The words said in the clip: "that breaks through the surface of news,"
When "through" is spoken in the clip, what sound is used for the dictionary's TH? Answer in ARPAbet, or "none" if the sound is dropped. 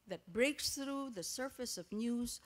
TH